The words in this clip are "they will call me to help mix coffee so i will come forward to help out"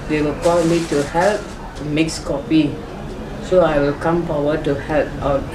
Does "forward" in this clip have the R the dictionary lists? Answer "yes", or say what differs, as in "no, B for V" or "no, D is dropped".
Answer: no, W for R